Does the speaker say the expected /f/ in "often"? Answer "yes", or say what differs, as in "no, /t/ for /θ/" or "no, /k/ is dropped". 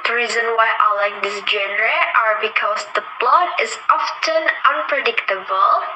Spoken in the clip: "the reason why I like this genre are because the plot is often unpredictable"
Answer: yes